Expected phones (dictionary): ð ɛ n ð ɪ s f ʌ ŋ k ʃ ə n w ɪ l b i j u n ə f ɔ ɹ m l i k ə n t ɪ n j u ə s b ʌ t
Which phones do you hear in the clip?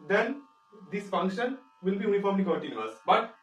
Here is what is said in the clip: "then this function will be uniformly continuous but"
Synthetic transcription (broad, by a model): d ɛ n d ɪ s f ʌ ŋ k ʃ ə n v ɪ l b i j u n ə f ɔ ɹ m i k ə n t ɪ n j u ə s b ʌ t